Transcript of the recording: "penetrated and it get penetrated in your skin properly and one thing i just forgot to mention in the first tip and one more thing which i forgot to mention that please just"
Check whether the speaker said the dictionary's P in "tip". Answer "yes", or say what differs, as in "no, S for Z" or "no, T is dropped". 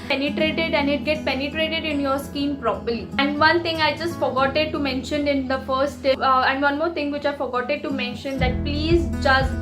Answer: no, P is dropped